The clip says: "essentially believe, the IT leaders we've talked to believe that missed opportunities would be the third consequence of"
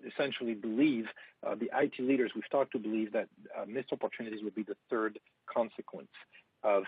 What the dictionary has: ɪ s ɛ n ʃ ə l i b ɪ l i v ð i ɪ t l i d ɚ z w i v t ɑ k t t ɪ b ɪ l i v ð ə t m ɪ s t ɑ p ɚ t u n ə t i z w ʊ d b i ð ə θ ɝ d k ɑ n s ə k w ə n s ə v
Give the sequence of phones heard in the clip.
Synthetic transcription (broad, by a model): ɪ s ɛ n ʃ l i b ɪ l i v ð i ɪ t l i d ɚ z w i v t ɑ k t t ɪ b ɪ l i v ð ə t m ɪ s ɑ p ɚ t u n ə t i z w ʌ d b i ð ə θ ɝ d k ɑ n s ə k w ə n s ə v